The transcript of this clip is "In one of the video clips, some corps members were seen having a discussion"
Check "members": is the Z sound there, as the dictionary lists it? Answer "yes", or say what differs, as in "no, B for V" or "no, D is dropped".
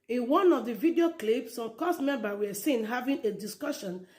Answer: no, Z is dropped